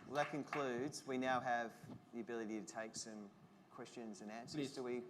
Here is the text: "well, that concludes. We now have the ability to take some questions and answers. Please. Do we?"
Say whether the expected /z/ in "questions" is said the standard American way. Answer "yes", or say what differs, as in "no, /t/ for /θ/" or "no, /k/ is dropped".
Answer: yes